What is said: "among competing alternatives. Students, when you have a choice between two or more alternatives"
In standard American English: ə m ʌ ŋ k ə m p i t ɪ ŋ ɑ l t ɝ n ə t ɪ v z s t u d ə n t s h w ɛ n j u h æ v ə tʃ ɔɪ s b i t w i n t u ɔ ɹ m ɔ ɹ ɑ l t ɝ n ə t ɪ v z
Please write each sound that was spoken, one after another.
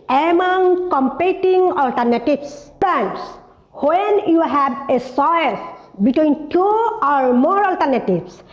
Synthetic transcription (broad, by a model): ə m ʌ ŋ k ə m p i t ɪ ŋ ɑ l t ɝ n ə t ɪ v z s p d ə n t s h w ɛ n j u h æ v ə s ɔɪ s b i t w i n t u ɔ ɹ m ɔ ɹ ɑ l t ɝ n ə t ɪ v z